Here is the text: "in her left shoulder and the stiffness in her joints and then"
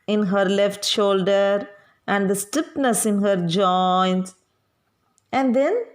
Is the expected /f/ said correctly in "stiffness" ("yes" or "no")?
no